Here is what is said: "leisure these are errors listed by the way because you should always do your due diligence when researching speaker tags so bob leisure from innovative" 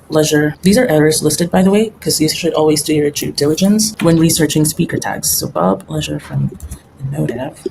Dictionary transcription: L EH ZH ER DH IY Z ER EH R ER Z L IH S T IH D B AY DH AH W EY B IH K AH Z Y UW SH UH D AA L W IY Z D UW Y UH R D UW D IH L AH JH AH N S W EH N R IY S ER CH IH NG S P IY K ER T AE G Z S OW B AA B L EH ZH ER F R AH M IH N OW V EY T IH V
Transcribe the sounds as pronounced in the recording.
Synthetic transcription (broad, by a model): L EH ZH ER DH IY Z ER EH R ER Z L IH S T IH D B AY DH AH W EY IH K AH Z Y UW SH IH D AA L W IY Z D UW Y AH R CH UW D IH L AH JH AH N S W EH N R IY S ER CH IH NG S P IY K ER T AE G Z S OW B AA B L EH ZH ER F R AH M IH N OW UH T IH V